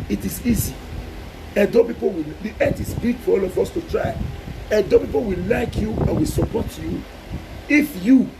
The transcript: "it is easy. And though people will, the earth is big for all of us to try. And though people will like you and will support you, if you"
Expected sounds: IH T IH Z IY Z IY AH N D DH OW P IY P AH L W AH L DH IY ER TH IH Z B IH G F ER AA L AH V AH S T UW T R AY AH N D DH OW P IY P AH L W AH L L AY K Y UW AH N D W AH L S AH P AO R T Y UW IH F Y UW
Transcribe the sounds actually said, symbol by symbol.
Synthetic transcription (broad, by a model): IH T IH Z IY Z IY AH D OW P IY P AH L W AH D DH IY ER T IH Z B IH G F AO AA L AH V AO S T UW T R AY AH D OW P IY P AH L W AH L L AY K Y UW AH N W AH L S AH P AO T Y UW IH F Y UW